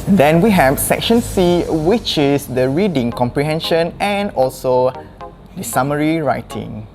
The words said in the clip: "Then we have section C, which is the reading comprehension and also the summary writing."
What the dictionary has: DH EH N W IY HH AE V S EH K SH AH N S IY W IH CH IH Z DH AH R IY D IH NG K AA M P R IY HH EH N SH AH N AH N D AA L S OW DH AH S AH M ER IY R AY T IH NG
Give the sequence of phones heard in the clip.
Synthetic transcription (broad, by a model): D EH N W IY HH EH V S EH K SH AH N S IY W IH CH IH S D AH R IY D IH NG K AA M P R IY HH EH N SH AH N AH N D AA L S OW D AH S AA M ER IY R AY T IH NG